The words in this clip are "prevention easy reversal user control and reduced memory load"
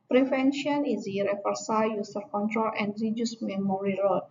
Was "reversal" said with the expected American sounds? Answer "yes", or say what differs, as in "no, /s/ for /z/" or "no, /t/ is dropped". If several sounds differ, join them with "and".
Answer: no, /f/ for /v/